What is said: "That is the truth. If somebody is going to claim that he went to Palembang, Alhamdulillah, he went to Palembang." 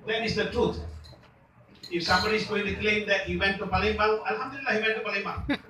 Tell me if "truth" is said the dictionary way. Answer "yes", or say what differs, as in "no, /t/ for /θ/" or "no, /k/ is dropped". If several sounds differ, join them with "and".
no, /t/ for /θ/